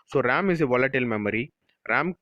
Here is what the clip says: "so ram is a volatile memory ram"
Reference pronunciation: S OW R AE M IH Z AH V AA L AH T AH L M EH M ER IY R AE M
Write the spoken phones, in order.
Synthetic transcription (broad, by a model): S OW R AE M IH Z AH V AA L AH T AH L M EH M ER IY R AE M